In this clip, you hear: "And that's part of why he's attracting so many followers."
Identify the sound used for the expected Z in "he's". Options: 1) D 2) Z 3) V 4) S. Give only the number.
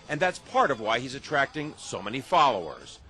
2